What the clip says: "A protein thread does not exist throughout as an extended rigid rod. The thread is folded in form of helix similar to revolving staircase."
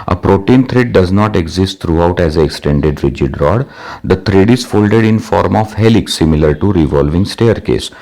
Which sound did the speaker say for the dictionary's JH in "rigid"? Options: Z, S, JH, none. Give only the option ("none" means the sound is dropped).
JH